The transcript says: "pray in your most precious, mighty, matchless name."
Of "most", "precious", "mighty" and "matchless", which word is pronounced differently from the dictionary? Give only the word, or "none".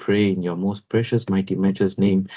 matchless